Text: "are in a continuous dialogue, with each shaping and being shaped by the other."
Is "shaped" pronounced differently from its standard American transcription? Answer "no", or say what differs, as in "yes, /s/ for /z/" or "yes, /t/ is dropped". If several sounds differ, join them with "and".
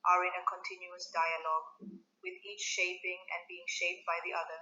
no